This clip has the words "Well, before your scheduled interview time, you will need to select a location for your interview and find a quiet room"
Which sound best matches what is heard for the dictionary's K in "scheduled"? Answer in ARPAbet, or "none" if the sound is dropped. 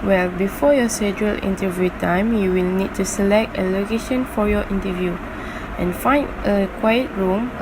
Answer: none